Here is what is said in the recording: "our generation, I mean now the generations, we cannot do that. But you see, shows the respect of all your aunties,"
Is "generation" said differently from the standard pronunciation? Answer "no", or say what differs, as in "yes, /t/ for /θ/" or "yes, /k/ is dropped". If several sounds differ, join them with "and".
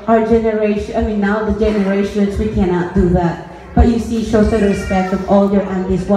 yes, /ʃ/ is dropped